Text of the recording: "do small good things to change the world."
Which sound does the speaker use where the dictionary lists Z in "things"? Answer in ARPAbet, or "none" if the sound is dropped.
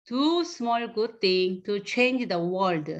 none